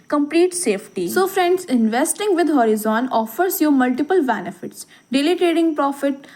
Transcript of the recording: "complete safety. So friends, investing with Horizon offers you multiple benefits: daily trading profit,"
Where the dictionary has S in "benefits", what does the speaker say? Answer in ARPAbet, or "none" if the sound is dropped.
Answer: S